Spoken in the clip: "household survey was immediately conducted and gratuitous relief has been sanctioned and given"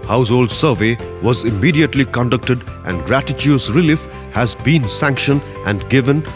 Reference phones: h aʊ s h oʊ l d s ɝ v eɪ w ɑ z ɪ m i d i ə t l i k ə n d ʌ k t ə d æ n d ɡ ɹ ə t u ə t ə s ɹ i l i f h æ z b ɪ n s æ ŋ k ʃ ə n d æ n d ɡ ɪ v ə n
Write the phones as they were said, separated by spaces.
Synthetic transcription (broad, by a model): h aʊ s h oʊ l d s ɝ v eɪ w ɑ z ɪ m i d i ə t l i k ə n d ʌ k t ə d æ n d ɡ ɹ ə t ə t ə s ɹ i l i f h æ z b ɪ n s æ ŋ k ʃ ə n æ n d ɡ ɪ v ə n